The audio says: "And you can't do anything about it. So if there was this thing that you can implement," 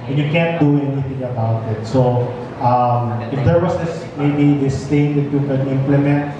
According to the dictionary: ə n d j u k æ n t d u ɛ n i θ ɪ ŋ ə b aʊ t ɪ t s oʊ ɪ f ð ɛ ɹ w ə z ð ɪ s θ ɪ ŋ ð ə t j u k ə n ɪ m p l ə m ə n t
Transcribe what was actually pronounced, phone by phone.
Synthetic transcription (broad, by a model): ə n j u k æ n t d u ɛ n i θ ɪ ŋ ə b aʊ t ɪ t s oʊ ɪ f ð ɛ ɹ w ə s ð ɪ s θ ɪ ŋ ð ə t j u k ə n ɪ m p l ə m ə n t